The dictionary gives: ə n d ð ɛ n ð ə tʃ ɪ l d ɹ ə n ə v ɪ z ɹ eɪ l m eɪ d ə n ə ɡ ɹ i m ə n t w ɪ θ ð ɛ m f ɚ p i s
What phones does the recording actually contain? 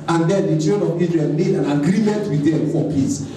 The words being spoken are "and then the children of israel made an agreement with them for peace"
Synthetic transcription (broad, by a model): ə n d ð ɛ n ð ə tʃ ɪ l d ə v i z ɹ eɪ n m eɪ d ə n ə ɡ ɹ i m ə n t w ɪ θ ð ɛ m f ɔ p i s